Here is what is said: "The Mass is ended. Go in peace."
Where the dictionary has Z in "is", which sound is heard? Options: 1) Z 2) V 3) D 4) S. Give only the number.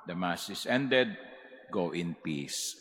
4